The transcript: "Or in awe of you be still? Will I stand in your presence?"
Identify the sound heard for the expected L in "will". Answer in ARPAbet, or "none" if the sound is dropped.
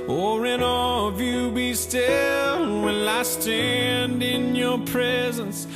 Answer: N